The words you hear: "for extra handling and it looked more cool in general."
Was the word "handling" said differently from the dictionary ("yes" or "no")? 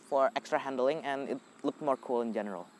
no